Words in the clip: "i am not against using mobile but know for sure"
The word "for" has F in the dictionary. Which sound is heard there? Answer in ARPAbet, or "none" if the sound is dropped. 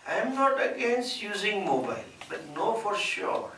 F